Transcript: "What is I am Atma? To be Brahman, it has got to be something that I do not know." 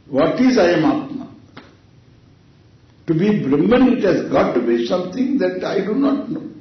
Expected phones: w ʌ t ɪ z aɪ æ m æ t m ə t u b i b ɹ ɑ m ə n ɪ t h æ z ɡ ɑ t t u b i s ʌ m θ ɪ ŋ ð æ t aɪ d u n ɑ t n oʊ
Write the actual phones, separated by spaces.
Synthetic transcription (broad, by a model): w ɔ t ɪ z aɪ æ m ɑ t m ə t u b i b ɹ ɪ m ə n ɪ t h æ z ɡ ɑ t t u b i s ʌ m t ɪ ŋ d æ t aɪ d u n ɑ t n oʊ